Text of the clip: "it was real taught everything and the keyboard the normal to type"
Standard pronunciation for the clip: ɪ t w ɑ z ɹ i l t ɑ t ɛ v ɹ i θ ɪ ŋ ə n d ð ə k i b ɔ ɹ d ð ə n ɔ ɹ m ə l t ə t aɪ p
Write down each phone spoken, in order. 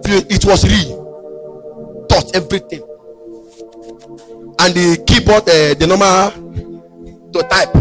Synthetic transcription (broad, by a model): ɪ t w ɑ s ɹ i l t ɑ t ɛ v ɹ i t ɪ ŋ ə n d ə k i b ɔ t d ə n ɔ m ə t ə t aɪ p